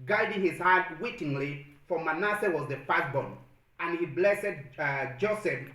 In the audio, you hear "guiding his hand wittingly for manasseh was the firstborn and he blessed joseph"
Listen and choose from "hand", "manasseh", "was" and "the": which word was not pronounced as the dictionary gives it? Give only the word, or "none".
hand